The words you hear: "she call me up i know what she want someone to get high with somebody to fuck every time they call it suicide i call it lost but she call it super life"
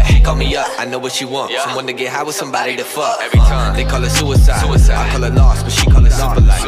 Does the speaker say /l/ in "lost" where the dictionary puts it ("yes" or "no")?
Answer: no